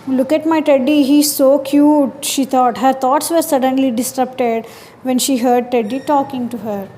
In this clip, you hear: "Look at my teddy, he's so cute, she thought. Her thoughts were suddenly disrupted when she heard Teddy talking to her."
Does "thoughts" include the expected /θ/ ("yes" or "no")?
no